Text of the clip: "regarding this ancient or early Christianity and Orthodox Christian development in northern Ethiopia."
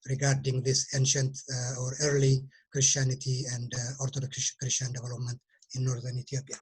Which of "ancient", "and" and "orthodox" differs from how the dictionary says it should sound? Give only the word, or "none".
orthodox